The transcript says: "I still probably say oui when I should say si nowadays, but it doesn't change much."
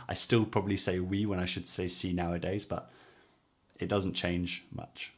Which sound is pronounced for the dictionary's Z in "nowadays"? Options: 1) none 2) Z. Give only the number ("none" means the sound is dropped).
2